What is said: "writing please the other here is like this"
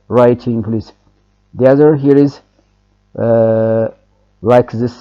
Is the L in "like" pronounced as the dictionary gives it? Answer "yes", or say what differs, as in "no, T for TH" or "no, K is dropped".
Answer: yes